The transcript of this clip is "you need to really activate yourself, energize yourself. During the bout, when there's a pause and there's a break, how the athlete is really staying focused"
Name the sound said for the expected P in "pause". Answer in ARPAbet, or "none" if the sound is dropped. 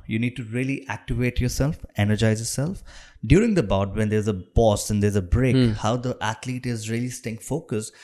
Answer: B